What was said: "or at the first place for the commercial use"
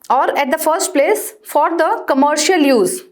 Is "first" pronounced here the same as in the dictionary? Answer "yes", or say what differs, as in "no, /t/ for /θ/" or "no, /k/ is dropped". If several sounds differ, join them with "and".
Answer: yes